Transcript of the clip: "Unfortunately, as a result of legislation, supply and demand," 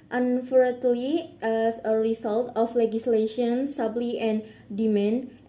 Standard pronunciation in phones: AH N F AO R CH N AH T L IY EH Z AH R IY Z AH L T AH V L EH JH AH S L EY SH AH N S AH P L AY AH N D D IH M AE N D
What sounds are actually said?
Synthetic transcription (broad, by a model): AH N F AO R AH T L IY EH S AH R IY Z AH L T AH F L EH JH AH S L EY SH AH N S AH B L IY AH N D D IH M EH N